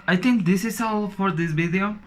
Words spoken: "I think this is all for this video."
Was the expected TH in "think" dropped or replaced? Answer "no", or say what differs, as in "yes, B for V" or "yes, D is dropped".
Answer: yes, T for TH